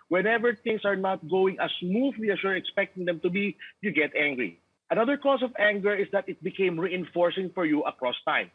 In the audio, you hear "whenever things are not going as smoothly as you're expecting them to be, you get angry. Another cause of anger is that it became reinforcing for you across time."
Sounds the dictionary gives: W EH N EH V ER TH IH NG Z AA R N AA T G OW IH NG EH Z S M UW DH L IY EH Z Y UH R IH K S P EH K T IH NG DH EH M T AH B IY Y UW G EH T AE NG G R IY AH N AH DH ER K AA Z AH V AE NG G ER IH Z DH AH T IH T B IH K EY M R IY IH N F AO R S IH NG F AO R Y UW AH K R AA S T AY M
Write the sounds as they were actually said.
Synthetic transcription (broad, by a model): W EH N EH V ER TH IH NG S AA R N AA T G OW IH NG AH S M UW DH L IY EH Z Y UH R IH K S P EH K T IH NG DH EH M T AH B IY Y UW G EH T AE NG G R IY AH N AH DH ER K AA S AH V AE NG G ER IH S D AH T IH T B IH K EY M R IY IH N F AO R S IH NG F AO R Y UW AH K R AA S T AY M